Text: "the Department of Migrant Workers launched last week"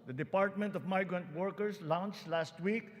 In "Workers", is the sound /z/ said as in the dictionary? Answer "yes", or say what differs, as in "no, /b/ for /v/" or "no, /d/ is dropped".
no, /s/ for /z/